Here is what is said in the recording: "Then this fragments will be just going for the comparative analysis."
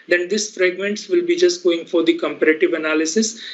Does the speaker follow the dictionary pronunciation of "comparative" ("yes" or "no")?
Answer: yes